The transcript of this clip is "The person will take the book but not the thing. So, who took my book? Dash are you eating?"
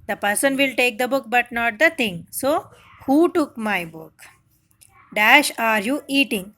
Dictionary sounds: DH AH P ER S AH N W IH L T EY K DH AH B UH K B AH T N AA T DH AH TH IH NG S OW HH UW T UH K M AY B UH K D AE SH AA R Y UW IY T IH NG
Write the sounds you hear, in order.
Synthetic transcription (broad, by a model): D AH P ER S AH N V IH L T EY K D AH B UH K B AH T N AA T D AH T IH NG S OW HH UW T UH K M AY B UH K D AE SH AA R Y UW IY T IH NG